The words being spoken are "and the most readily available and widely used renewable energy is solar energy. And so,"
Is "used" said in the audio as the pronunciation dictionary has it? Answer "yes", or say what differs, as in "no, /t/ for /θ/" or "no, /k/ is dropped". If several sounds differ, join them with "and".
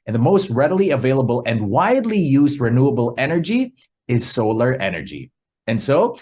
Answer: yes